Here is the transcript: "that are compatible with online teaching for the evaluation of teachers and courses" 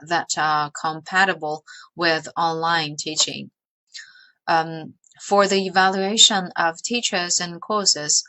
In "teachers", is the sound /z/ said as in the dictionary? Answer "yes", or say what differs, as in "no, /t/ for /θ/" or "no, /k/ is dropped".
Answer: yes